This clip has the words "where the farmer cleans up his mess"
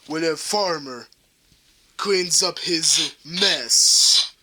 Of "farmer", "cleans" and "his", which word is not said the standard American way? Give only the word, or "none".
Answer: none